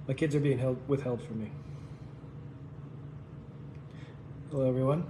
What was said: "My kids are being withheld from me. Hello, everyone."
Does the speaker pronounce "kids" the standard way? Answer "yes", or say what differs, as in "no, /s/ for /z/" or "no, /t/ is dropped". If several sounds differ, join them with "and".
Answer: yes